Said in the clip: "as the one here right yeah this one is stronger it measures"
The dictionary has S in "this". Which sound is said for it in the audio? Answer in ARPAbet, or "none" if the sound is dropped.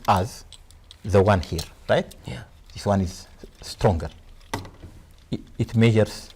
S